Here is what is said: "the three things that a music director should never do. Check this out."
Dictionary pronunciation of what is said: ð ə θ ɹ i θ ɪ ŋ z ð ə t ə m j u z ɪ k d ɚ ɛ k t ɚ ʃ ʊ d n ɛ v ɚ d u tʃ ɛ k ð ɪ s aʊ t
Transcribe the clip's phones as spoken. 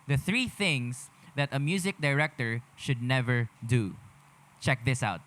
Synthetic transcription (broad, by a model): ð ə θ ɹ i θ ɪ ŋ s ð ə t ə m j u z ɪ k d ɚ ɛ k t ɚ ʃ ʊ d n ɛ v ɚ d u tʃ ɛ k ð ɪ s aʊ t